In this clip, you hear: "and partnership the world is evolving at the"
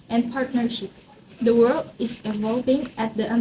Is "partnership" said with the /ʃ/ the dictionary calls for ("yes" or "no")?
yes